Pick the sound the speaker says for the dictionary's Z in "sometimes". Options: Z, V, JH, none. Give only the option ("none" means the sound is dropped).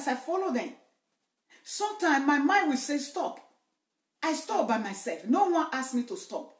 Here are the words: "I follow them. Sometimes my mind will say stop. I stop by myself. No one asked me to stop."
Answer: none